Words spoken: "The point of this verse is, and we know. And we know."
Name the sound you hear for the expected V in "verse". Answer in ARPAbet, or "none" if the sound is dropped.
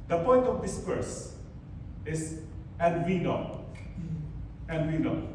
P